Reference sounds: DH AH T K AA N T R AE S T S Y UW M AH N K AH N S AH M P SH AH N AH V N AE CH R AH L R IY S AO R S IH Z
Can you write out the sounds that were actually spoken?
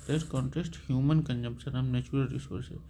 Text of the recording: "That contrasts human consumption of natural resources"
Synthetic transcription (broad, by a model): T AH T K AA N T AE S T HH Y UW M AH N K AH N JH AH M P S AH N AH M N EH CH R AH L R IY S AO R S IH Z